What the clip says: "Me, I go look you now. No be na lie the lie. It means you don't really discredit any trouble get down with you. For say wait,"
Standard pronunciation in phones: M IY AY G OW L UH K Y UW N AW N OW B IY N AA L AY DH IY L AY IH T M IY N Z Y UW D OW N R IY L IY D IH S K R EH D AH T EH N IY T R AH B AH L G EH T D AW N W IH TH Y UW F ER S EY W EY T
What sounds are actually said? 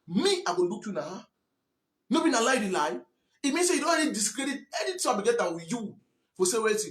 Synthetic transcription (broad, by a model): M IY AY G OW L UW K Y UW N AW N OW B IY N AA L AY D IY L AY IH T M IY N S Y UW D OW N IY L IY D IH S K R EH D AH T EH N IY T AA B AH G EH T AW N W Y UW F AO S EY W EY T